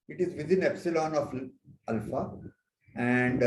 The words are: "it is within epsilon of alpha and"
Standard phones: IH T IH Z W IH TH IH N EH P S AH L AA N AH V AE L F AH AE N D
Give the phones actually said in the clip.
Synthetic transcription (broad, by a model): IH T IH Z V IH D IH N EH P S AH L AA N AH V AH L F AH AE N D